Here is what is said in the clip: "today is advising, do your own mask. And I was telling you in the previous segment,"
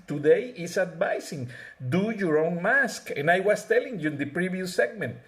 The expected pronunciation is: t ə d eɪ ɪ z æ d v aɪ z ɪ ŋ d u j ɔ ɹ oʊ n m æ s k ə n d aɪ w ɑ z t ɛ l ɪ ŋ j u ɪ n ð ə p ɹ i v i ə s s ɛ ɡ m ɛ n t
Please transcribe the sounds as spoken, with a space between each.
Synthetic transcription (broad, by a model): t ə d eɪ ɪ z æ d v aɪ s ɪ ŋ d u j ɔ ɹ oʊ n m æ s k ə n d aɪ w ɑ s t ɛ l ɪ ŋ j u ɪ n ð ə p ɹ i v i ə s s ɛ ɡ m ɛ n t